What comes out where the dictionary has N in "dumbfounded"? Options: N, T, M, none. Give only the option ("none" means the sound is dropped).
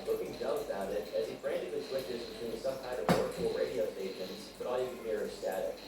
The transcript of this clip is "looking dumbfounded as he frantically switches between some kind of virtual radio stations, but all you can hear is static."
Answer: none